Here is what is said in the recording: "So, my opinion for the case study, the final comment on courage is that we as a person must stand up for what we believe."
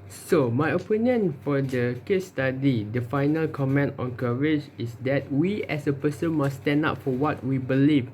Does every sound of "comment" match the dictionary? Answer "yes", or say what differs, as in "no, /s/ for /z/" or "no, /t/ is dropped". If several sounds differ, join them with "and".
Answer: yes